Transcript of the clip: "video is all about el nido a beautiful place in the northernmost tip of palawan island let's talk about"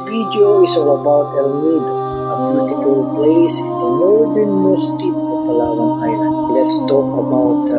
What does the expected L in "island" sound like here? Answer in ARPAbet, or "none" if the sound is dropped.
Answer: none